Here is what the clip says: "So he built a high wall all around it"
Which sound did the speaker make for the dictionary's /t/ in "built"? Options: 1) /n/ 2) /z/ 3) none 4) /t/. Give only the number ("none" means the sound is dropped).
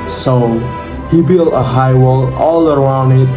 3